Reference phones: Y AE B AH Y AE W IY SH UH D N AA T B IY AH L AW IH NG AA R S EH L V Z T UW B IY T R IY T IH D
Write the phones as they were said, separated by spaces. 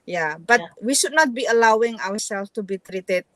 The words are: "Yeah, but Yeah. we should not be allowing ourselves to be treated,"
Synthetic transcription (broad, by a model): Y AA B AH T W IY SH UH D N AA T B IY AH L AW IH NG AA W S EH L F T UW B IY T R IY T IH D